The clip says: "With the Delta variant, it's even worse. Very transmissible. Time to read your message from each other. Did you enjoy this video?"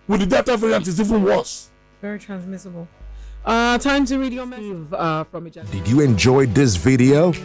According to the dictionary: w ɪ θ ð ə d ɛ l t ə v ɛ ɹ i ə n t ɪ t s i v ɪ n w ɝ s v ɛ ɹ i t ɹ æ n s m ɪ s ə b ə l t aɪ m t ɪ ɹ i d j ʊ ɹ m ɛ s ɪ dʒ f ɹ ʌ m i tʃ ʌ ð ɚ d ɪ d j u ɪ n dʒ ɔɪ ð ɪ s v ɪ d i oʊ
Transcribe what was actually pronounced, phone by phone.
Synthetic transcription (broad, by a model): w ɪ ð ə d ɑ t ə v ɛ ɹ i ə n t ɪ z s i v ɪ n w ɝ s v ɛ ɹ i t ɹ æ n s m ɪ s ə b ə l t aɪ m t ɪ ɹ i d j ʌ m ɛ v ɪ f ɹ ʌ m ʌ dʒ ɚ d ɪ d j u ɪ n dʒ ɔɪ ð ɪ s v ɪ d i oʊ